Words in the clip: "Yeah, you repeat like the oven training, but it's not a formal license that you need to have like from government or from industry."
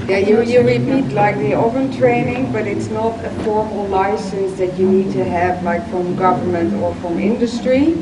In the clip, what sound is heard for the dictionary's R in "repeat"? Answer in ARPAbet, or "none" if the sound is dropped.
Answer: R